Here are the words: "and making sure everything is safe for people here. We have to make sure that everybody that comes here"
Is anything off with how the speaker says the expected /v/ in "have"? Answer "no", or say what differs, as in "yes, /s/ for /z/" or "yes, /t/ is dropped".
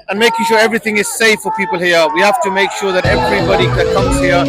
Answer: yes, /f/ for /v/